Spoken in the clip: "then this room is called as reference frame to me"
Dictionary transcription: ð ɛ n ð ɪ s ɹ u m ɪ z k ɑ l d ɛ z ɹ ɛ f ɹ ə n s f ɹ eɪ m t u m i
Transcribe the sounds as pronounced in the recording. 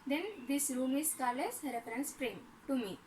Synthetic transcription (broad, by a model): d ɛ n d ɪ s ɹ u m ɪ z k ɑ l ɛ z ɹ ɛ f ɹ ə n s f ɹ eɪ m t u m i